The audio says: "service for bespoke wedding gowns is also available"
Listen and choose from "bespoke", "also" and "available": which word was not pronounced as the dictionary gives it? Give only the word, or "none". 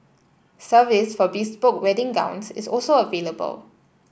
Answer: bespoke